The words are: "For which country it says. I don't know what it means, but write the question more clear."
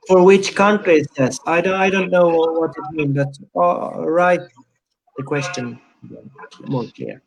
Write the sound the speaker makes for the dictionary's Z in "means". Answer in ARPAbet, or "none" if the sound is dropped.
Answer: none